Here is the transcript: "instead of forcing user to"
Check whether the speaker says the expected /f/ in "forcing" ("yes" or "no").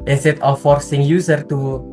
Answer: yes